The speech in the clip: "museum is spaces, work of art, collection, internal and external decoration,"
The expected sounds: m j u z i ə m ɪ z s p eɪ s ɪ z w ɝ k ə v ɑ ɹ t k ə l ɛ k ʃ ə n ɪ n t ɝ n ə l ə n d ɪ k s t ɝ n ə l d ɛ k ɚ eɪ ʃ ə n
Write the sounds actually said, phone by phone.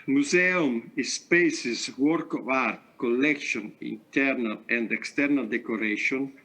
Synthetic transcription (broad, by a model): m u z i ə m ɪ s p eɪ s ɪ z w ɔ k ə v ɑ ɹ t k ə l ɛ k ʃ ə n ɪ n t ɝ n ə l ə n d ɪ k s t ɝ n ə l d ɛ k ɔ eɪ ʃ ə n